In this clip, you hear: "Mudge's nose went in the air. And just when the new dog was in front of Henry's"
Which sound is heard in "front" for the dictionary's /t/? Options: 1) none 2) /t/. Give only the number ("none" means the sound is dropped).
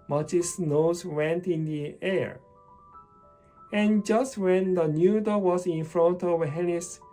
2